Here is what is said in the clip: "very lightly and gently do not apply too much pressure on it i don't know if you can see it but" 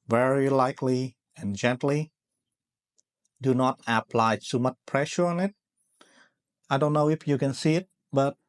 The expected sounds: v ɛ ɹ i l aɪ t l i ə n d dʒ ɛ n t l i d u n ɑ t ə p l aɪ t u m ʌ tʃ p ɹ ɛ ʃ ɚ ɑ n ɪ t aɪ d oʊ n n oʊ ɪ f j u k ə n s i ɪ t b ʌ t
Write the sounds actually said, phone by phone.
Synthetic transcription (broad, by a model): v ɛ ɹ i l aɪ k l i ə n dʒ ɛ n t l i d u n ɑ t ə p l aɪ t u m ʌ tʃ p ɹ ɛ ʃ ɚ ɑ n ɪ t aɪ d oʊ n n oʊ ɪ f j u k ə n s i ɪ t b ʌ t